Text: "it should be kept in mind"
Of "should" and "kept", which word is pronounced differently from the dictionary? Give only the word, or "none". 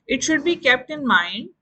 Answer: none